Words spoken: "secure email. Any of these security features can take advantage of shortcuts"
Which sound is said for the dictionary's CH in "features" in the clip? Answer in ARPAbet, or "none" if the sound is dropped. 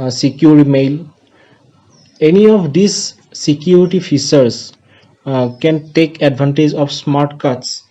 S